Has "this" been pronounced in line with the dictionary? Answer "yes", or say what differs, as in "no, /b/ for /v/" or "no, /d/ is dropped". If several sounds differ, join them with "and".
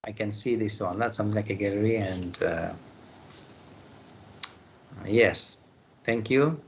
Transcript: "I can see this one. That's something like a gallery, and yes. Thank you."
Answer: yes